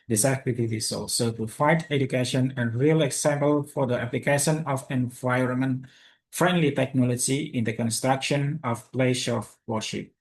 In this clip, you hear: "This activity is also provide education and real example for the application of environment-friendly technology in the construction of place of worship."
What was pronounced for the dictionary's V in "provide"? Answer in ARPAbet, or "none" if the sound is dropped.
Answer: F